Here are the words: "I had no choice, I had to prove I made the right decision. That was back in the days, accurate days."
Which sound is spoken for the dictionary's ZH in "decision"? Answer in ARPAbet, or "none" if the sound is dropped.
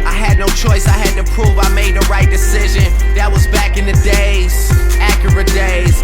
ZH